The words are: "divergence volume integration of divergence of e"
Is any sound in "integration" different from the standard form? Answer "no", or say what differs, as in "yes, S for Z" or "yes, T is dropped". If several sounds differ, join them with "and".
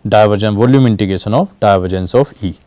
yes, R is dropped